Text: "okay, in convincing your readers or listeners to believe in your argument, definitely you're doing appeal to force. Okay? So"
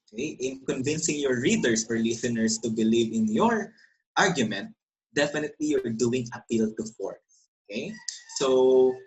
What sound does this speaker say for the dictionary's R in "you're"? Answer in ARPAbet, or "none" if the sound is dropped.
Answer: R